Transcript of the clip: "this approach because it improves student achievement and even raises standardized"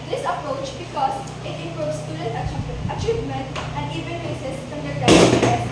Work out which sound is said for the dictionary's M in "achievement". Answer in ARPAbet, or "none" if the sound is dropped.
M